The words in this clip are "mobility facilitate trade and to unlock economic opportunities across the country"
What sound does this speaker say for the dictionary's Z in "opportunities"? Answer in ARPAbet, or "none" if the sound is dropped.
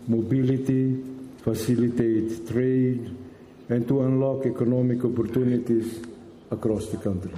S